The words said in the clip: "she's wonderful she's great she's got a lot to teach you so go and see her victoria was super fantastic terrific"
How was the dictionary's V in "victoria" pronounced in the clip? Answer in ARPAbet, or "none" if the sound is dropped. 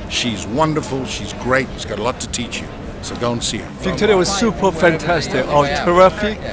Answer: F